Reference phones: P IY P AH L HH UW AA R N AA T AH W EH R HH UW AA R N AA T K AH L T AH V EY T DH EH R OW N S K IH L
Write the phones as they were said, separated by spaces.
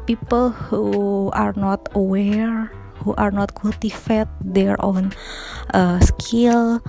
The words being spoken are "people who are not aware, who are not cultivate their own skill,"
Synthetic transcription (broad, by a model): P IY P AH L HH UW AA R N AA T AH W EH R HH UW AA R N AA T K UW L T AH F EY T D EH R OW N S K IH L